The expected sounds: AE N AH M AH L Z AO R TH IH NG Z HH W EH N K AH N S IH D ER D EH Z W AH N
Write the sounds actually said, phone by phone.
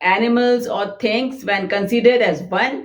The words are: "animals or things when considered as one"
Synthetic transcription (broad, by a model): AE N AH M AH L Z AO R T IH NG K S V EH N K AH N S IH D ER D EH Z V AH N